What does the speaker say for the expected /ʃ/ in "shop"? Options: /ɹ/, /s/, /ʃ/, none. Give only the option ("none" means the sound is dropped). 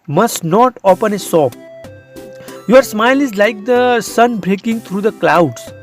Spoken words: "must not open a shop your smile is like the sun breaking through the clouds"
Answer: /s/